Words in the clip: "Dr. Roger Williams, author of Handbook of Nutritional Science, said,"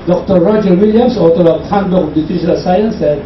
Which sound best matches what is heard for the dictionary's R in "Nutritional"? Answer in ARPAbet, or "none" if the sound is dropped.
none